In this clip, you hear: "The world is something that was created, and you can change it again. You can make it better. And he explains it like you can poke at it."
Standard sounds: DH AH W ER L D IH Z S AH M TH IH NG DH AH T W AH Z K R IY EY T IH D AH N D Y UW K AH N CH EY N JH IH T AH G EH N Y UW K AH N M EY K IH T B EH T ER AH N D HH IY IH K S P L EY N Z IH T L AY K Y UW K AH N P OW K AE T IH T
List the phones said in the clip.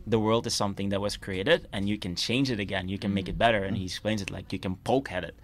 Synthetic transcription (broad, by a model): DH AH W ER L D IH Z S AH M TH IH NG DH AH T W AH Z K R IY EY T IH D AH N Y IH K AH N CH EY N JH IH T AH G EH N Y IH K AH N M EY K IH T B EH T ER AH N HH IY IH K S P L EY N Z IH T L AY K Y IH K AH N P OW K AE T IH T